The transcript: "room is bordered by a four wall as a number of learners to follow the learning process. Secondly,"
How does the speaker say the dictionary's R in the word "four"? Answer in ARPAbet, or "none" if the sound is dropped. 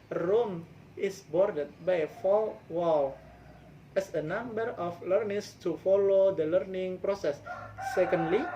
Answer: L